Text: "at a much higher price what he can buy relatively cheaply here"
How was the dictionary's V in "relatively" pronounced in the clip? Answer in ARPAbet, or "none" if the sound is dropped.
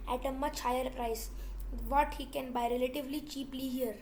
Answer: V